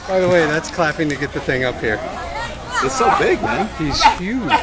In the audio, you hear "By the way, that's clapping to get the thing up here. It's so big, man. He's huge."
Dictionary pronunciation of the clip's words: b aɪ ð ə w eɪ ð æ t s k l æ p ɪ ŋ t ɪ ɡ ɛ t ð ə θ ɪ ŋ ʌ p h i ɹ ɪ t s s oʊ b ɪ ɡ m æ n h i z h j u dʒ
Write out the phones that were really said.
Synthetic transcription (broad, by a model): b aɪ ð ə w eɪ ð æ t s k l æ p ɪ ŋ t ɪ ɡ ɛ t ð ə θ ɪ ŋ ʌ p h i ɹ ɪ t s s oʊ b ɪ ɡ m æ n h i z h j u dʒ